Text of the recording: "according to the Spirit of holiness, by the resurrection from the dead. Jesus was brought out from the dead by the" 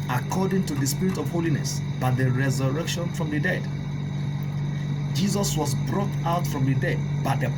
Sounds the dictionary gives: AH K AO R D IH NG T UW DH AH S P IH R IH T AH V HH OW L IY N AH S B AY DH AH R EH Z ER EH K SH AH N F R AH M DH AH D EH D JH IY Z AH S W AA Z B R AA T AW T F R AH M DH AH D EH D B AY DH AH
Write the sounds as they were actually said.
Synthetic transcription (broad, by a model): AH K AO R D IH NG T UW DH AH S P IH R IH T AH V HH OW L IY N AH S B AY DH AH R EH Z ER EH K SH AH N F R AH M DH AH D EH D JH IY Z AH S W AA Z B R AA T AW T F R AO M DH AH D EH D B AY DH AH